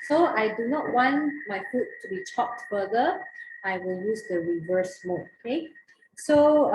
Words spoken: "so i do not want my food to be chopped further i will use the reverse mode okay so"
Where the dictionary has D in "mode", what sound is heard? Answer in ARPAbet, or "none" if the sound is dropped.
none